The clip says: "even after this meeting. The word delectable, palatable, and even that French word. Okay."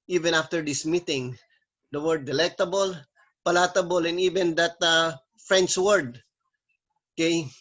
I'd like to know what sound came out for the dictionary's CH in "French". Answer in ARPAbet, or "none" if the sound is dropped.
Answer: S